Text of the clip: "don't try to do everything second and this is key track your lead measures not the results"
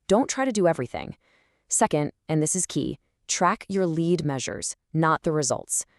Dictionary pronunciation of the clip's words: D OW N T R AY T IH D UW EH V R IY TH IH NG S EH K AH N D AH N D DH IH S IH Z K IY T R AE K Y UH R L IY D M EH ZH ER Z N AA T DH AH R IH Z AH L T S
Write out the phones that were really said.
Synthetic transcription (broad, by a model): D OW N T R AY T IH D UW EH V R IY TH IH NG S EH K AH N D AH N DH IH S IH Z K IY T R AE K Y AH R L IY D M EH ZH ER Z N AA T DH AH R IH Z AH L T S